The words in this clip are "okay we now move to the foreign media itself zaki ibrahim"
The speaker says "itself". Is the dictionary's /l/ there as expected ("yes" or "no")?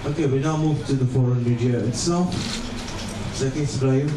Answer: no